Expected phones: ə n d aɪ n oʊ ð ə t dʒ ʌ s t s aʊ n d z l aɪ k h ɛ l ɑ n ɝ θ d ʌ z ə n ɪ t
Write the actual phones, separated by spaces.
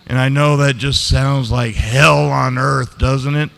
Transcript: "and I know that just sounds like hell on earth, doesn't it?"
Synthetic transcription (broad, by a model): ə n aɪ n oʊ ð ə t dʒ ʌ s t s aʊ n d z l aɪ k h ɛ l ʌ n ɝ θ d ʌ z ə n ɪ t